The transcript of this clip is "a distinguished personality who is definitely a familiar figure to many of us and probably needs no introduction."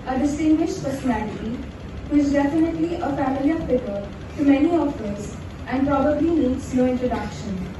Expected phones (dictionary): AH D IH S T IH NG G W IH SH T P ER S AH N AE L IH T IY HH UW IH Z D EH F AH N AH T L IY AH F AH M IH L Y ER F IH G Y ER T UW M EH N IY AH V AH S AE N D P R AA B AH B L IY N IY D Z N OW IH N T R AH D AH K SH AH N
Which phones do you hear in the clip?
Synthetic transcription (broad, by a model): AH D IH S T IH NG G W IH SH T P ER S AH N AE L IH T IY HH UW IH Z D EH F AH N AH T L IY AH F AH M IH L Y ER P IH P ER T UW M EH N IY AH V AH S AE N D P R AA B AH B L IY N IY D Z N OW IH N T R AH D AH K SH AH N